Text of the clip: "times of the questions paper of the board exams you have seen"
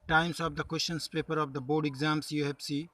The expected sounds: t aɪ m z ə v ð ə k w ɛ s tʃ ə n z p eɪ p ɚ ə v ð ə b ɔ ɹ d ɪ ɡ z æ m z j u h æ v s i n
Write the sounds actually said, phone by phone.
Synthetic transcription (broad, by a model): t aɪ m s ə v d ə k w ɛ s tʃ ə n s p eɪ p ɚ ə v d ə b ɔ ɹ d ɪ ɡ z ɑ m s j u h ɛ b s i